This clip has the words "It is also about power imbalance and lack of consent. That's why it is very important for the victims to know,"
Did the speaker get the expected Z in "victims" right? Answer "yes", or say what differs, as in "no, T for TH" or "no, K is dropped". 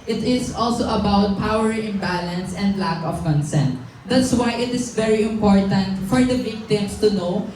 no, S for Z